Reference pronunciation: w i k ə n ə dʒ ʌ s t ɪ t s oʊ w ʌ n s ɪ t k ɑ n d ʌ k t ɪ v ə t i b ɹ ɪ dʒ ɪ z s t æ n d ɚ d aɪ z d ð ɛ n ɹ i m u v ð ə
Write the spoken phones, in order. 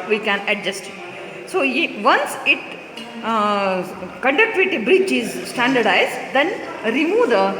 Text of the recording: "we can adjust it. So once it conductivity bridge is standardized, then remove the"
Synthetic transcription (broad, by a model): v i k ə n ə dʒ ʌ s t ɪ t s oʊ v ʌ n s ɪ t k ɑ n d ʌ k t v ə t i b ɹ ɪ tʃ ɪ z s t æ n d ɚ d aɪ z d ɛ n ɹ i m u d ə